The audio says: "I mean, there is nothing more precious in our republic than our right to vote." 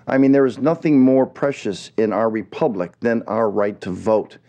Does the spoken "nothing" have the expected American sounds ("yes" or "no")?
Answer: yes